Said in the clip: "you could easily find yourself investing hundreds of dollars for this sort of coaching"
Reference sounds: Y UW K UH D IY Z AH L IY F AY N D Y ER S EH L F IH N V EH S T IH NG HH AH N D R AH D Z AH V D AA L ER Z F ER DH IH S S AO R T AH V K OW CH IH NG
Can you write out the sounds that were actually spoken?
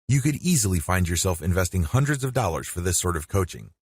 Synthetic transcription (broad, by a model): Y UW K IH D IY Z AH L IY F AY N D Y ER S EH L F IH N V EH S T IH NG HH AH N D R AH D Z AH V D AA L ER Z F ER DH IH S S AO R T AH V K OW CH IH NG